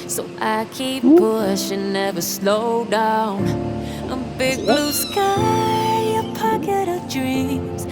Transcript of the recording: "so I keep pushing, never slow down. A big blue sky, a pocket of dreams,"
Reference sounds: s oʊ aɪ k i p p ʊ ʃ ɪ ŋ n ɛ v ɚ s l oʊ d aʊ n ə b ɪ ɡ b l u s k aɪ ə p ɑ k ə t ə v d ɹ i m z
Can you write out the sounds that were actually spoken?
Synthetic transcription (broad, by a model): s oʊ aɪ k i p b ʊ ʃ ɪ n ɛ v ɚ s l oʊ d aʊ n ə b ɪ ɡ b l u s k aɪ ə p ɑ k ə t ə v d ɹ i m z